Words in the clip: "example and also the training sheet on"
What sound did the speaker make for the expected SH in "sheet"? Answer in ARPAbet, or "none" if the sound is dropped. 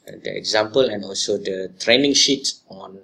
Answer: SH